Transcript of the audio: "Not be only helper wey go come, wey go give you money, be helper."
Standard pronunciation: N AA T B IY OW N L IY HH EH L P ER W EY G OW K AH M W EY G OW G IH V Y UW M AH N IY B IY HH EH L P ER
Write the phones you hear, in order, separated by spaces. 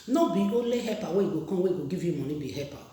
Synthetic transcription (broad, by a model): N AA B IY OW L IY HH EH P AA W EY G OW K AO W EY G OW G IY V Y UW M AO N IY B IY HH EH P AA